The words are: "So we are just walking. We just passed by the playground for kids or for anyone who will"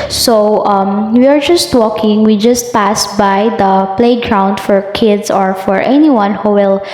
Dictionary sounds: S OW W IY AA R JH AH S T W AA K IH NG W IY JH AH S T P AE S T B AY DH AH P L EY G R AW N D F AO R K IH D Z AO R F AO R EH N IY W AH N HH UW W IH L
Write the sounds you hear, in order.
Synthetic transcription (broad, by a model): S OW W IY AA R JH AH S T W AA K IH NG W IY JH AH S T P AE S B AY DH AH P L EY G R AW N D F AO R K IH D S AO R F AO R EH N IY W AH N HH UW W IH L